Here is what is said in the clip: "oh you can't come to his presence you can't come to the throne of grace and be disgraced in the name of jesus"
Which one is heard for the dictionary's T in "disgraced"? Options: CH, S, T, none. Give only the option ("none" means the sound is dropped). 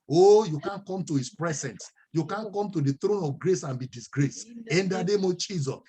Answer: none